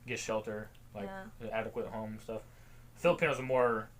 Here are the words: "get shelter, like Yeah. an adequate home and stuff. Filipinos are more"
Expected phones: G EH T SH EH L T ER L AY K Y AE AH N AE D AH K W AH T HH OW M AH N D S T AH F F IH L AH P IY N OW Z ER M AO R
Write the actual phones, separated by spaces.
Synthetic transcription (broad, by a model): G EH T SH EH L T ER L AY K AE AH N AE D AH K W AH T HH OW AH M S T AH F F IH L AH P IY N OW Z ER M AO R